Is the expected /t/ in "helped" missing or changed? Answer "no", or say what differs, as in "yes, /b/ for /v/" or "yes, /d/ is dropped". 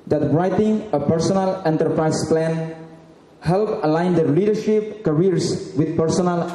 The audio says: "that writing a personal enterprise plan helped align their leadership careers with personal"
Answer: yes, /t/ is dropped